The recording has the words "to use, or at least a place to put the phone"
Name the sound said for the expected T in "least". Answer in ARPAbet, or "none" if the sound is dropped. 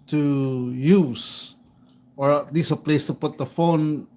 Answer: none